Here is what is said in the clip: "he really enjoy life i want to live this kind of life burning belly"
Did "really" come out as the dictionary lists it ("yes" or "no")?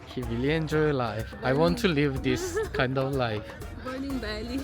no